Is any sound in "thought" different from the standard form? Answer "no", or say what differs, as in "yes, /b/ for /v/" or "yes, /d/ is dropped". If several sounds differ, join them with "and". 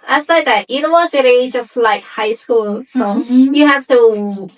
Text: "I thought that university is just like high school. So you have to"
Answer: yes, /s/ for /θ/